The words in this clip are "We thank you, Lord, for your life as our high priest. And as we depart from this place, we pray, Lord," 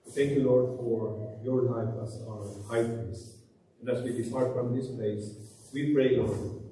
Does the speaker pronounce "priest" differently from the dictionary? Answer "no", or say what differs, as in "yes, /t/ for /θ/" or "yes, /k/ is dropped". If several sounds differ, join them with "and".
yes, /t/ is dropped